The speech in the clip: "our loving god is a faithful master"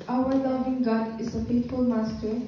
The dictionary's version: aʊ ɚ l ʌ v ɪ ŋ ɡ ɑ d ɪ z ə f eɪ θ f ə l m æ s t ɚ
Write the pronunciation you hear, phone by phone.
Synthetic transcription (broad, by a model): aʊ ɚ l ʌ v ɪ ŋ ɡ ɑ d ɪ z ə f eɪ t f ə l m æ s t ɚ